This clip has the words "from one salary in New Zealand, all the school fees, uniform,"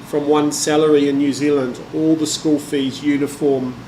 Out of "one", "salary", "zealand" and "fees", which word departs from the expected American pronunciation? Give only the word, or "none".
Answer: none